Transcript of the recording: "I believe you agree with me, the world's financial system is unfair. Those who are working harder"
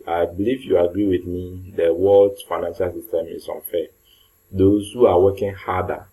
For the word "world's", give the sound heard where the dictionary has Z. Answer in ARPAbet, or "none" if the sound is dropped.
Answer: none